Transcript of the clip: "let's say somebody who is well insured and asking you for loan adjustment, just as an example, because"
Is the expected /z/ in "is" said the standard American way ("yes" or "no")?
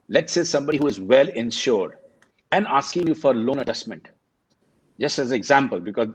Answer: yes